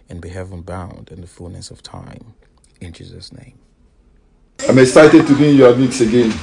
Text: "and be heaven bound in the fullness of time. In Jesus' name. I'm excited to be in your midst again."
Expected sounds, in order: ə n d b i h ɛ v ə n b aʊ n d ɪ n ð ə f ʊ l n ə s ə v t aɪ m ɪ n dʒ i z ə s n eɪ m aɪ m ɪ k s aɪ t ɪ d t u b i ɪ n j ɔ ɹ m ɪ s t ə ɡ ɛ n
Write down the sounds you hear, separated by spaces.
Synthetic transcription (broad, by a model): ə n b i h ɛ v ə n b aʊ n d ɪ n ð ə f ʊ l n ə s ə v t aɪ m ɪ n dʒ i z ə s n eɪ m aɪ m ɪ k s aɪ t ɪ d t u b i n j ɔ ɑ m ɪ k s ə ɡ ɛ n